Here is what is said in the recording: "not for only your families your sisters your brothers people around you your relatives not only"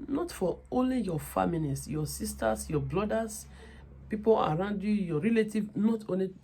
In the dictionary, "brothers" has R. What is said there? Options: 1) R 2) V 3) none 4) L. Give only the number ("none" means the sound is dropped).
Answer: 4